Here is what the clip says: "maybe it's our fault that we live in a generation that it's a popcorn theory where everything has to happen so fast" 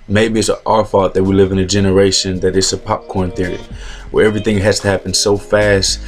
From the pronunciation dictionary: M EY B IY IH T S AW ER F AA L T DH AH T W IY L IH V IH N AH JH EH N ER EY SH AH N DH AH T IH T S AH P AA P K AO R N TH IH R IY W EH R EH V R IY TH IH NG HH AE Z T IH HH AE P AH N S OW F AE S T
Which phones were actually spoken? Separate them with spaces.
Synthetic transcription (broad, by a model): M EY B IY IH T S AW ER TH AA T DH AH T W IY L IH V IH N AH JH EH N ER EY SH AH N DH AH T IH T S AH P AA P K AO R N TH IH R IY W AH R EH V R IY TH IH NG HH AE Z T IH HH AE P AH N S OW F AE S T